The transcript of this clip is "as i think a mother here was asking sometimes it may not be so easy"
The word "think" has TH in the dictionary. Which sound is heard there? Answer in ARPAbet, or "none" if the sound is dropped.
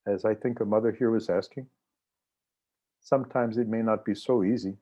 TH